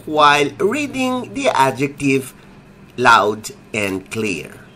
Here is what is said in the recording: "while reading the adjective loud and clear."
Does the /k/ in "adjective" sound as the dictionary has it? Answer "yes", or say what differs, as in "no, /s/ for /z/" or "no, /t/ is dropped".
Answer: yes